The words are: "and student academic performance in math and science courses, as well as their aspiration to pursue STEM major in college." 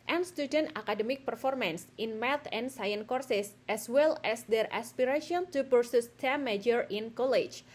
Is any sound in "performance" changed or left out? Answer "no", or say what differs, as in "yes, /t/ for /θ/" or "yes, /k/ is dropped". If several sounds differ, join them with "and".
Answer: no